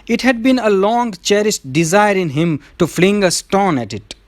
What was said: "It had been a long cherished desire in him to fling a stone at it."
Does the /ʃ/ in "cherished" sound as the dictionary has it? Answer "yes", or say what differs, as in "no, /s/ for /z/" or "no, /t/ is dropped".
no, /s/ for /ʃ/